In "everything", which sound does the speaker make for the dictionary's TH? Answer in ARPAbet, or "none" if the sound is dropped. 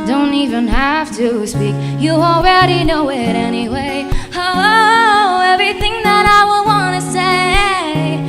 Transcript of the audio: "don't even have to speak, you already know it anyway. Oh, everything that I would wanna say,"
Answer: TH